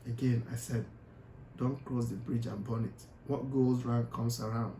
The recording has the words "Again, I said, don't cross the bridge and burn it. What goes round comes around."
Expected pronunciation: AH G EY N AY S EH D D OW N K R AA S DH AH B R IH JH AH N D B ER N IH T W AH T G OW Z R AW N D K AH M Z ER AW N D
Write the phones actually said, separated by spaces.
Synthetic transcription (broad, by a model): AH G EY N AY S EH D D OW N K R AA S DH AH B R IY JH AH N B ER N IH T W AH T G OW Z R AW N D K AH M S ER AW N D